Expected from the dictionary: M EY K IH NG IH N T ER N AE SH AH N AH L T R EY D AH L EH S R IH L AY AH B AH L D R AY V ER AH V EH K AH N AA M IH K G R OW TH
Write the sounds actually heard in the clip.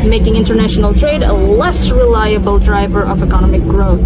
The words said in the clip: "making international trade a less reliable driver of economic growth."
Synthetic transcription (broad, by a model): M EY K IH NG IH N T ER N AE SH AH N AH L T R EY D AH L EH S R IH L AY AH B AH L D R AY V ER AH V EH K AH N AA M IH K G R OW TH